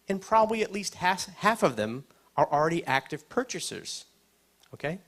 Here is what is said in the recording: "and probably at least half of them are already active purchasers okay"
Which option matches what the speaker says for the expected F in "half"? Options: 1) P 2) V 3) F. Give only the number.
3